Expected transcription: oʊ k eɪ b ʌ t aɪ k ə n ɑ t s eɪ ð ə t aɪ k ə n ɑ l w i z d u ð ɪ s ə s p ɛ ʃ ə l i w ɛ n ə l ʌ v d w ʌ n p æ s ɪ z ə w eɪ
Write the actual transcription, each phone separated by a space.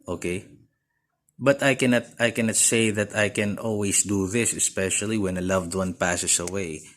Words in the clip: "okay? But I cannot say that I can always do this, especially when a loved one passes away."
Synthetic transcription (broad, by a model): oʊ k eɪ b ʌ t aɪ k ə n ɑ t s eɪ ð ə t aɪ k ə n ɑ l w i s d u ð ɪ s ə s p ɛ ʃ ə l i w ɛ n ə l ʌ v d w ʌ n p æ s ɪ s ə w eɪ